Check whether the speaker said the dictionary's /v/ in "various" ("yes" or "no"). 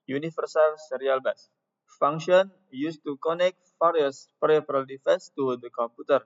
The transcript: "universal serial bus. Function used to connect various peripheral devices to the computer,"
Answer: no